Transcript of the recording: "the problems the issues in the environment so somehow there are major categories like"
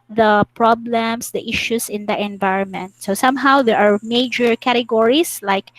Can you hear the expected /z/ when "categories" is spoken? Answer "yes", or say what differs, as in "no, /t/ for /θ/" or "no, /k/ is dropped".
no, /s/ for /z/